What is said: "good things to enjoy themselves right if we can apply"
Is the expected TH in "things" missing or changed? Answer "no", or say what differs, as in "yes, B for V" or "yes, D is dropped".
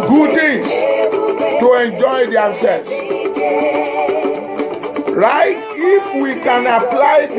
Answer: yes, T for TH